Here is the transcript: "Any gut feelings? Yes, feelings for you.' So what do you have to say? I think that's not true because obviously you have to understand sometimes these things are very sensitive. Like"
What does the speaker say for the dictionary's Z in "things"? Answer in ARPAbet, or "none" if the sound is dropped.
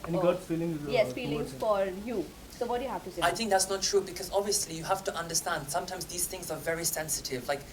Z